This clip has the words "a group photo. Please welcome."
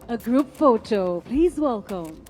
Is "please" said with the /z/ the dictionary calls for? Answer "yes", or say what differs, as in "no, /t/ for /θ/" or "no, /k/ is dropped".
yes